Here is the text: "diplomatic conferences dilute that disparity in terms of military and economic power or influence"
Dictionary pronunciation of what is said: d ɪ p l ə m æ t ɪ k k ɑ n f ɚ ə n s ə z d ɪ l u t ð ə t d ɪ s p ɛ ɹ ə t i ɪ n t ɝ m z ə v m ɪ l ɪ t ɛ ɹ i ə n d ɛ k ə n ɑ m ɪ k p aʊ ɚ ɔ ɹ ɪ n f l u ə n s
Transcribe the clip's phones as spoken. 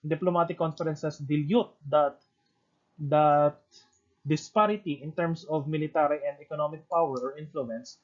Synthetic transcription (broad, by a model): d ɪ p l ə m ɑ t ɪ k k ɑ n f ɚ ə n s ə s d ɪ l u t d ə t d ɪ s p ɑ ɹ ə t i ɪ n t ɝ m s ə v m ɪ l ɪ t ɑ ɹ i ə n d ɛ k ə n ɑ m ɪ k p aʊ ɚ ɔ ɹ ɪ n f l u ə n s